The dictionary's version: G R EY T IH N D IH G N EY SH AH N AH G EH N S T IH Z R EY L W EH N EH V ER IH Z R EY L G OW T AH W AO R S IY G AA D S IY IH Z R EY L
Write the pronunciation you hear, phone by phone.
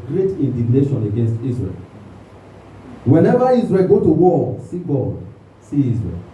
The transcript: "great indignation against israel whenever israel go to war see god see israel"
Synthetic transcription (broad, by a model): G R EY T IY N D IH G N EY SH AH N AH G EH N S T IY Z R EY L W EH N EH V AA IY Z R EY L G OW T AH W AO L S IY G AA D S IY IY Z R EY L